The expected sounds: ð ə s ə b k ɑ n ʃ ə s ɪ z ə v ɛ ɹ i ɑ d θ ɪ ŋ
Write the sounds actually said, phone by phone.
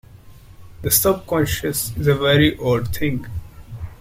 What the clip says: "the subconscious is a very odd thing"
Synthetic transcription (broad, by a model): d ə s ə b k ɑ n ʃ ə s ɪ z ə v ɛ ɹ i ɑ d t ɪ ŋ